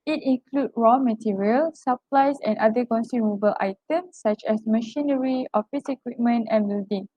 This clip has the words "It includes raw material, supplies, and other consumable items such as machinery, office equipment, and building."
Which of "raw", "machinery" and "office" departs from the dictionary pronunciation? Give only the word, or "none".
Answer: none